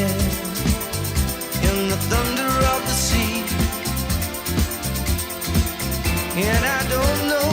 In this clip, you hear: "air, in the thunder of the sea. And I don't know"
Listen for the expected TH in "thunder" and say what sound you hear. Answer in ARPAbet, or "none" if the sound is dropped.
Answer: TH